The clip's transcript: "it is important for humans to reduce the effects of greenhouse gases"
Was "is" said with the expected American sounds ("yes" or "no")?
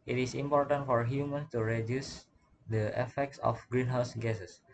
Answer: no